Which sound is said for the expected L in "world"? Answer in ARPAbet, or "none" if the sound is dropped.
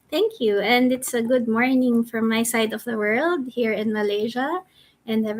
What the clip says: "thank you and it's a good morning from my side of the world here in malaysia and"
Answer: L